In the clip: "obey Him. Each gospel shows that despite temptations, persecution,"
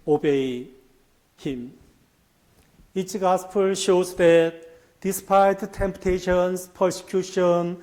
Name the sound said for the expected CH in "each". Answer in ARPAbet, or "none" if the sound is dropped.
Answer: S